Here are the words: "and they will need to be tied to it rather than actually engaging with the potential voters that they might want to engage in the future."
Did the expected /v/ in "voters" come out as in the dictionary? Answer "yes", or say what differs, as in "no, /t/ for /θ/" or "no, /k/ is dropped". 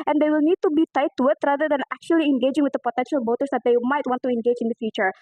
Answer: no, /b/ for /v/